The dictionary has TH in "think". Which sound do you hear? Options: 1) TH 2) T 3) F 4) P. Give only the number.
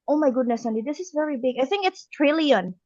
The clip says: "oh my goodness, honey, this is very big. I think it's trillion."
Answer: 1